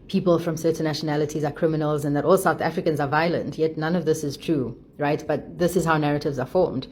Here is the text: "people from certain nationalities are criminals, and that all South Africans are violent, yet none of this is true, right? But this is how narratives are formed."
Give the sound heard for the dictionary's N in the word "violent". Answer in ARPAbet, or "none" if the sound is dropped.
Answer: N